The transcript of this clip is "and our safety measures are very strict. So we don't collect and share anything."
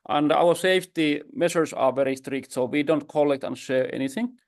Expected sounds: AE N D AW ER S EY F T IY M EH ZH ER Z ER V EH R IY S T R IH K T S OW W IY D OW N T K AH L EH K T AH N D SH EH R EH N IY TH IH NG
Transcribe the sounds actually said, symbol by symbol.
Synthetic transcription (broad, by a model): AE N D AW ER S EY F T IY M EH SH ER S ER V EH R IY S T R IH K T S OW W IY D OW N T K AH L EH K T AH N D SH EH R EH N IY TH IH NG